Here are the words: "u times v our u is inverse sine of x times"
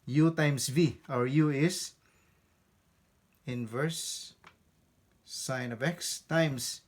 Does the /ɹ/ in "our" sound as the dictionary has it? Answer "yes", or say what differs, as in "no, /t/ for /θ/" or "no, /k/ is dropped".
yes